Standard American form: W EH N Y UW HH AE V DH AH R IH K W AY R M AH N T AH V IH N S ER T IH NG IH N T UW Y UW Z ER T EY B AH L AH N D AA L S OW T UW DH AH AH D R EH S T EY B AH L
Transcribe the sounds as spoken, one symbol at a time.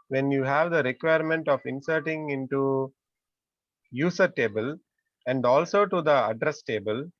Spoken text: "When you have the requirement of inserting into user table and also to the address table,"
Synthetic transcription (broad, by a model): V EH N Y UW HH AE V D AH R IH K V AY R M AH N T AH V IH N S ER T IH NG IH N T UW Y UW S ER T EY B AH L AH N D AA L S OW T UW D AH AH D R EH S T EY B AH L